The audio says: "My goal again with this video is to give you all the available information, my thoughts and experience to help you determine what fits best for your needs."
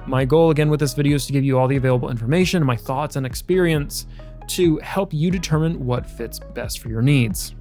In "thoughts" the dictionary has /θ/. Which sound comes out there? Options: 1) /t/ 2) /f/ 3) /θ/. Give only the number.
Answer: 3